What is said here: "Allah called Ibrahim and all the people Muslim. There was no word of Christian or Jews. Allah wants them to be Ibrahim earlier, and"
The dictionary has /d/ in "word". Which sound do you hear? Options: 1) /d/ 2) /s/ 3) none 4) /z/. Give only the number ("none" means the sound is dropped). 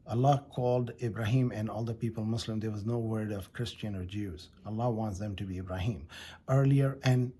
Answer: 1